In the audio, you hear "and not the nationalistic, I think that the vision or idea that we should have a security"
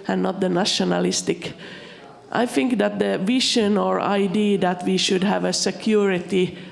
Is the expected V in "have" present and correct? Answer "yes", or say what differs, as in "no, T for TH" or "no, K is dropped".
yes